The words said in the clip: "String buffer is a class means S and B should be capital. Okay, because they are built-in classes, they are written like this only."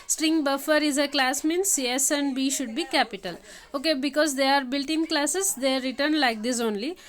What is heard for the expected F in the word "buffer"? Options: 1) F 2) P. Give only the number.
1